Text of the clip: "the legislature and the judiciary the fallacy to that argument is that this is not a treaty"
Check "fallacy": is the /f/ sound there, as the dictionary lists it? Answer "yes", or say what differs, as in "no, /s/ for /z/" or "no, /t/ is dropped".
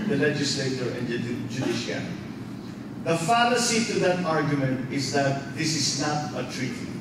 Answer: yes